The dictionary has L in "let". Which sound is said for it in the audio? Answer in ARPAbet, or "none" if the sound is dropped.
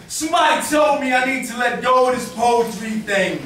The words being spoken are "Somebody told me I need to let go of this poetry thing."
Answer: L